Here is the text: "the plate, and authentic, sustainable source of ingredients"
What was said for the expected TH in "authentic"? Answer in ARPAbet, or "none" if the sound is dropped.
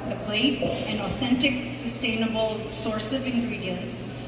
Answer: TH